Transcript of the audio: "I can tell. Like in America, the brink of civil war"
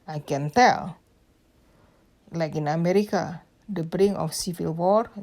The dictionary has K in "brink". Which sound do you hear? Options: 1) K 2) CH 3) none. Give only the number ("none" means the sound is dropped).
3